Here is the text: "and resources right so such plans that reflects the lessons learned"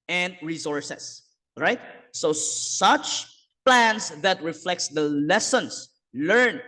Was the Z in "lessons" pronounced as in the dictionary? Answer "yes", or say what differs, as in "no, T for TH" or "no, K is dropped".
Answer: no, S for Z